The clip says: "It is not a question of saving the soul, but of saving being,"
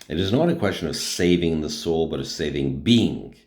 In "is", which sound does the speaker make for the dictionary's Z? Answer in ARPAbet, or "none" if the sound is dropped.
Z